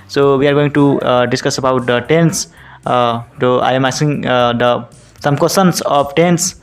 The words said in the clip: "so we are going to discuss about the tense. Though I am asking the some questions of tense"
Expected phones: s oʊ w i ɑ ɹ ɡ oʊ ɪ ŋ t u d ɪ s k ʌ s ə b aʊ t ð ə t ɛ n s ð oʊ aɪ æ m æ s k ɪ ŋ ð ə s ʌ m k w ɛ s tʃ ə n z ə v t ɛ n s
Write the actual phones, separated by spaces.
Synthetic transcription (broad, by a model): s oʊ w i ɑ ɹ ɡ oʊ ɪ ŋ t u d ɪ s k ʌ s ə b aʊ t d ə t ɛ n s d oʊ aɪ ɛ m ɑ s ɪ ŋ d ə s ʌ m k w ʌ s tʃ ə n s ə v t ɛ n s